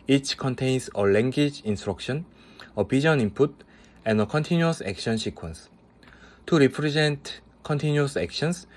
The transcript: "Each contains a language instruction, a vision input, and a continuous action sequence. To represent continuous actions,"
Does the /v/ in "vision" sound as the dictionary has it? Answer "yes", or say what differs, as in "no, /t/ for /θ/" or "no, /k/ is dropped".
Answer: no, /p/ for /v/